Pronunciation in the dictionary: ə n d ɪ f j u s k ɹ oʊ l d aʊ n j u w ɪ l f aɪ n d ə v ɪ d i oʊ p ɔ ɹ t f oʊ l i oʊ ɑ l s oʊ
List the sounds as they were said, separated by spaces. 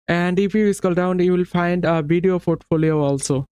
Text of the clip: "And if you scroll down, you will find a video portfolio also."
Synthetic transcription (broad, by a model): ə n d ɪ f j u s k oʊ l d aʊ n j u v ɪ l f aɪ n d ə v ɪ d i oʊ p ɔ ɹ t f oʊ l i oʊ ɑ l s oʊ